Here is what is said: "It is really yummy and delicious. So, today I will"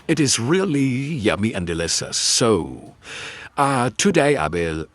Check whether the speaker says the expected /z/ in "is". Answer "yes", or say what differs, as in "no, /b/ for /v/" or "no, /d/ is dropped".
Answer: yes